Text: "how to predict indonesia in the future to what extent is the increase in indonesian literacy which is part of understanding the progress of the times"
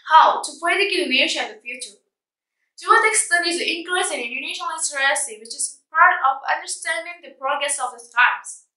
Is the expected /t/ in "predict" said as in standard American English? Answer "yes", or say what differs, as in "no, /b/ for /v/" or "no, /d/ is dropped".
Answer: no, /t/ is dropped